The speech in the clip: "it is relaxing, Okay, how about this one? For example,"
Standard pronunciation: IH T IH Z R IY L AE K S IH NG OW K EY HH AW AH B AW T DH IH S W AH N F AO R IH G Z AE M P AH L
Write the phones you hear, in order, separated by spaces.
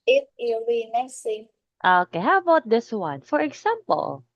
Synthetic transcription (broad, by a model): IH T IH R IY N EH S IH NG OW K EY HH AW AH B AW T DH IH S W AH N F AO R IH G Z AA M P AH L